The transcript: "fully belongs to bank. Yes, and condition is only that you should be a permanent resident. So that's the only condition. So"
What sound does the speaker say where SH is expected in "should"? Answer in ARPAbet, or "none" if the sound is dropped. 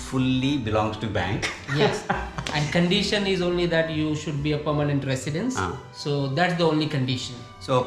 SH